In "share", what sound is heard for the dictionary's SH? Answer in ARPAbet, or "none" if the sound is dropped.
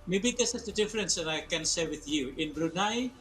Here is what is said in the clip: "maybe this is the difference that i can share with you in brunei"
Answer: S